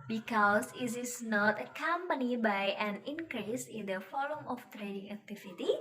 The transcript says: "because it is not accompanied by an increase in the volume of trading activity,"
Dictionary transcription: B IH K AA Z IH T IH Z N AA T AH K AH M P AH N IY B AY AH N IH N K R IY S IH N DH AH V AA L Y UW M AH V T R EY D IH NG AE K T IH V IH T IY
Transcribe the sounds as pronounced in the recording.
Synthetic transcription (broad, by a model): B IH K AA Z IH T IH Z N AA T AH K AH M P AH N IY B AY AH N IH N K R IY S IH N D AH F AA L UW M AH F T R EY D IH NG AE K T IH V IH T IY